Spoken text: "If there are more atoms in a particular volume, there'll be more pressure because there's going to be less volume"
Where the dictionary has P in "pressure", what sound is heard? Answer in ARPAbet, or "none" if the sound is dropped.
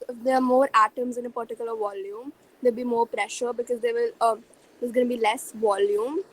P